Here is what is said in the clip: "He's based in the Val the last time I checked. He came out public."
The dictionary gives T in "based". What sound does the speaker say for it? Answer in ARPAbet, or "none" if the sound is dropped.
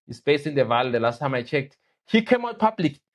none